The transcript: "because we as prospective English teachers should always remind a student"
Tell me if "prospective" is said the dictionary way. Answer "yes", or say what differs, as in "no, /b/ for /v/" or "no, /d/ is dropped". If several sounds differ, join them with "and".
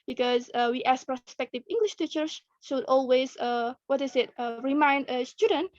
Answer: yes